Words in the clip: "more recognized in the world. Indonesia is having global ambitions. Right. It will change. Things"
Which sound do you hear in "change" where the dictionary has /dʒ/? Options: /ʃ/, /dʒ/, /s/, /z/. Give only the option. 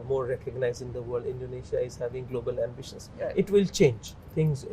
/dʒ/